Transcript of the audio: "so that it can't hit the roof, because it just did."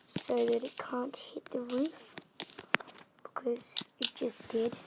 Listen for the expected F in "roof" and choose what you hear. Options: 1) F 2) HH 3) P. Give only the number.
1